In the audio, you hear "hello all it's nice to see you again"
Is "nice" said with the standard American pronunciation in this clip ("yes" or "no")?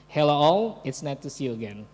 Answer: no